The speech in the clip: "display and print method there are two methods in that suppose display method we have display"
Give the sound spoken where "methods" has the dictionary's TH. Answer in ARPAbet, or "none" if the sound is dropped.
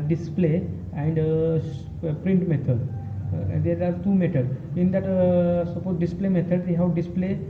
T